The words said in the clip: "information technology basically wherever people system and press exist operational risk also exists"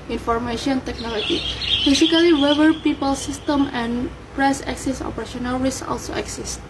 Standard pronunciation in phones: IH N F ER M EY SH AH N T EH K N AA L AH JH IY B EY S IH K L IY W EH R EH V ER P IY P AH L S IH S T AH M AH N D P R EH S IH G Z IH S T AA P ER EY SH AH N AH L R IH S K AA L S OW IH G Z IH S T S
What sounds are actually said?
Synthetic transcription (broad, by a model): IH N F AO M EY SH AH N T EH K N AA L AH JH IY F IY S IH K IY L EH W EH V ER P IY P AH L S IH S T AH M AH N P R EH S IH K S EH S AA P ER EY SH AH N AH L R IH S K AA L S OW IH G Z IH S T